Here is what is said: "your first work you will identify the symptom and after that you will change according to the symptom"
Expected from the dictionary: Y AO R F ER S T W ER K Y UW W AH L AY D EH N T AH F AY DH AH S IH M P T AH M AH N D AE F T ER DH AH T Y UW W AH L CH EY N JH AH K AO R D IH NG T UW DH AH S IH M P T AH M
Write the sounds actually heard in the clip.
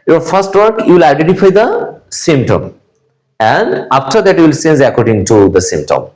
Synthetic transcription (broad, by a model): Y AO R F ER S T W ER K Y UW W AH L AY D EH N T AH F AY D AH S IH M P T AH M AH N D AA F T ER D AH T Y UW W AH L S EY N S AH K AO R D IH NG T UW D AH S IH M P T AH M